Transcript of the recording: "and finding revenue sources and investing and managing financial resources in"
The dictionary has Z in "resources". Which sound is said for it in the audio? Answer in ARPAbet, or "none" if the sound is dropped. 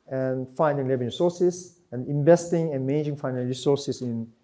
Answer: S